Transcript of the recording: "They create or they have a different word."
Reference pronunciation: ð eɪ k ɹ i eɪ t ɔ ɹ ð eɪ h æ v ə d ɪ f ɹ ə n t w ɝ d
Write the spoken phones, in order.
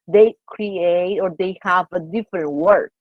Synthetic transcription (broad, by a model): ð eɪ k ɹ i eɪ t ɔ ɹ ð eɪ h æ v ə d ɪ f ɹ ə n t w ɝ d